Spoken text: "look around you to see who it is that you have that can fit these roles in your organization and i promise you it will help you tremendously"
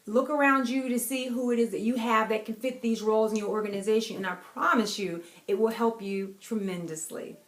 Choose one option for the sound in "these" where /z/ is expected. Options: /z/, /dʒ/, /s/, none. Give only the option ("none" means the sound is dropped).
/z/